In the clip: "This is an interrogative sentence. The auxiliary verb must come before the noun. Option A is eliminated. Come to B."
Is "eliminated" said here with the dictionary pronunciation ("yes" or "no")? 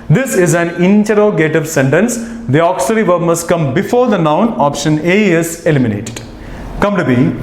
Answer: yes